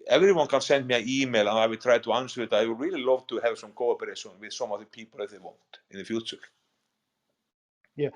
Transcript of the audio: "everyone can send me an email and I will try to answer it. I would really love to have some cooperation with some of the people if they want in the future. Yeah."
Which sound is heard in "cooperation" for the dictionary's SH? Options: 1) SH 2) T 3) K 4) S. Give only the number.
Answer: 4